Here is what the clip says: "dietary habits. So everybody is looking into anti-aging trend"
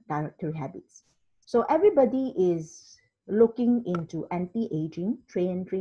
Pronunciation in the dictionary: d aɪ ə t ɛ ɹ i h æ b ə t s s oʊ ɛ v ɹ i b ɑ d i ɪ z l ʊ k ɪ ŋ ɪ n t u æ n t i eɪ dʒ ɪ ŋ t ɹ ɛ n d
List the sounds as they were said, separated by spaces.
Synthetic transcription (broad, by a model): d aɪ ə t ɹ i h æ b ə t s s oʊ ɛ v ɹ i b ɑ d i ɪ z l ʊ k ɪ ŋ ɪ n t u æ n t i eɪ dʒ ɪ ŋ t ɹ ɛ n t